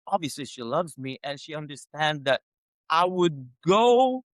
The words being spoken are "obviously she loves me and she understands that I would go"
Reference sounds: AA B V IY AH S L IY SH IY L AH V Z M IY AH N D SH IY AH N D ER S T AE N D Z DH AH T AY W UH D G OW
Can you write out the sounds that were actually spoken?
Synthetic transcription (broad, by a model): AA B V IY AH S L IY SH IY L AH V Z M IY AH N SH IY AH N D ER S T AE N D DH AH T AY W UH D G OW